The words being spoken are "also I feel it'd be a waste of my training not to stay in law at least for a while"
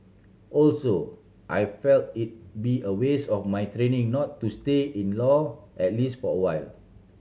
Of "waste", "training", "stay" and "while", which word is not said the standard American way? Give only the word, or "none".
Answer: waste